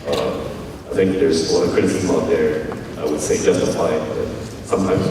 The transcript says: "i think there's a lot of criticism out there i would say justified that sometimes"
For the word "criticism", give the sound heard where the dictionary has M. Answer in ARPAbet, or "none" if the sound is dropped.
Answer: none